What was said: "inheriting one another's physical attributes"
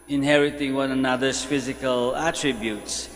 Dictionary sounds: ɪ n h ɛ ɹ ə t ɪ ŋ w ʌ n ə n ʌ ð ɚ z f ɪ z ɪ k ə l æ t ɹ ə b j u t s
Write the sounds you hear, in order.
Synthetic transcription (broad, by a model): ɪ n h ɛ ɹ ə t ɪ ŋ w ʌ n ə n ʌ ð ɚ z f ɪ z ɪ k ə l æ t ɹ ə b j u t s